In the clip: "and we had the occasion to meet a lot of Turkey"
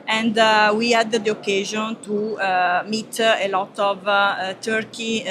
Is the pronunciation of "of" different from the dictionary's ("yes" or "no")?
no